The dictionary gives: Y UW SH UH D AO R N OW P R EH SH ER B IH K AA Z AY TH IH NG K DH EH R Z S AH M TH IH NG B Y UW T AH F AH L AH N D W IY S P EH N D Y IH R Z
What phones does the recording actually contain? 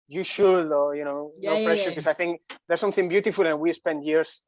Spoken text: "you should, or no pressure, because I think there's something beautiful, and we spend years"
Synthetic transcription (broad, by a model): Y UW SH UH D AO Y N OW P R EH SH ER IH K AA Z AY TH IH NG K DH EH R S AH M TH IH NG B Y UW T AH F AH L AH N W IY S P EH N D Y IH R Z